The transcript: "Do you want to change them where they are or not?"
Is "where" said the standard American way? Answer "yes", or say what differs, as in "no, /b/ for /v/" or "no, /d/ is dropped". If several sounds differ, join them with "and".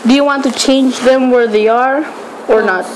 yes